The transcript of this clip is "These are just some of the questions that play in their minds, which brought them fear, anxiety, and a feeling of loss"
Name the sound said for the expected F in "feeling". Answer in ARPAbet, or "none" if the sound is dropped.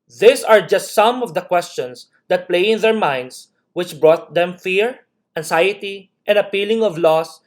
P